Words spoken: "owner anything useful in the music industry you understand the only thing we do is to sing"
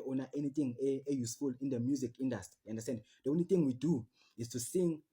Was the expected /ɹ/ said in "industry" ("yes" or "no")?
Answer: no